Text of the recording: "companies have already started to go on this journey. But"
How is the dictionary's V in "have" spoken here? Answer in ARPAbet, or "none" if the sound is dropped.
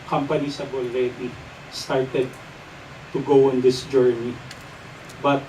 B